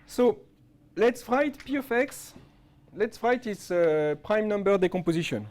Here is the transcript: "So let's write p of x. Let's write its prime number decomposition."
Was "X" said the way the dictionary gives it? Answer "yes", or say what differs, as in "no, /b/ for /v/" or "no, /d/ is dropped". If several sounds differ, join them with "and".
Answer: yes